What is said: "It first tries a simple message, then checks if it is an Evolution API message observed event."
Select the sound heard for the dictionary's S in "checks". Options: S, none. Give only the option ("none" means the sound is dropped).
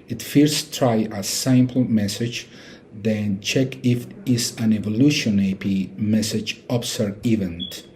none